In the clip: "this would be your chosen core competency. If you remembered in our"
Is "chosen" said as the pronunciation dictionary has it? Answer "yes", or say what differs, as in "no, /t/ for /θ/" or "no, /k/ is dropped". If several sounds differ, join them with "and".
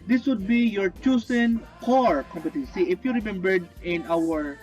no, /s/ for /z/